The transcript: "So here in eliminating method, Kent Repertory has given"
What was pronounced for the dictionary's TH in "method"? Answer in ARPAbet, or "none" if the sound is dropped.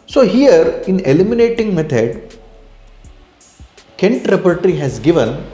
T